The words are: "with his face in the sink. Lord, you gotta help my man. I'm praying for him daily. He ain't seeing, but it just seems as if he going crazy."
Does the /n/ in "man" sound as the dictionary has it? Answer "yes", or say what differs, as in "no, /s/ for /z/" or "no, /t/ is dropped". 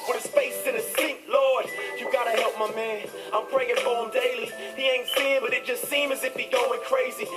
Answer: yes